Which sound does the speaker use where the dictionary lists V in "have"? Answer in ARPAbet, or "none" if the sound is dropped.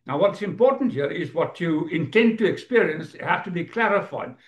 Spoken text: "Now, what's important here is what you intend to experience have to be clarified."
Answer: F